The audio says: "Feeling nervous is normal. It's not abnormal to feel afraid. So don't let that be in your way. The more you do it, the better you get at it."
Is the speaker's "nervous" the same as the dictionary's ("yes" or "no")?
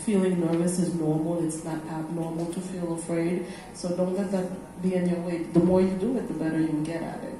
yes